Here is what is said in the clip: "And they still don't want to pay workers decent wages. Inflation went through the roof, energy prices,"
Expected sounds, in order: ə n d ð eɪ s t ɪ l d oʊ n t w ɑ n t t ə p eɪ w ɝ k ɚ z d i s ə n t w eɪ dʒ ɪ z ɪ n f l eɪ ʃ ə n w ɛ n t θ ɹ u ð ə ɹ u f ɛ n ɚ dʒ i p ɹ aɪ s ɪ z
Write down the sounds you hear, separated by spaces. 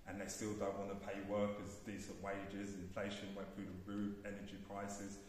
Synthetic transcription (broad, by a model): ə n ð eɪ s t ɪ l d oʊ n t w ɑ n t t ə p eɪ w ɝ k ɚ z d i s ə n t w eɪ dʒ ɪ z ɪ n f l eɪ ʃ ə n w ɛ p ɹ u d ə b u ɛ n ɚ dʒ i p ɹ aɪ s ɪ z